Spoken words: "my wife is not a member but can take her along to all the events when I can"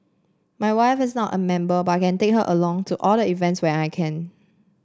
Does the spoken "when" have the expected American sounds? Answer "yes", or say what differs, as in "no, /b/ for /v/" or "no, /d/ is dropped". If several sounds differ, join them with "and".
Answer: no, /n/ is dropped